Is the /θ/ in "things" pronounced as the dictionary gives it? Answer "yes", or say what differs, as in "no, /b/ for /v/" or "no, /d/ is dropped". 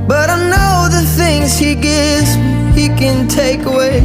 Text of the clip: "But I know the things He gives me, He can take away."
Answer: yes